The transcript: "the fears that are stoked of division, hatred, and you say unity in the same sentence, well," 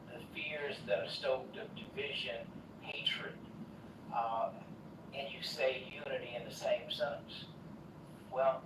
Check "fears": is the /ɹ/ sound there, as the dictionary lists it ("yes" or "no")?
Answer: yes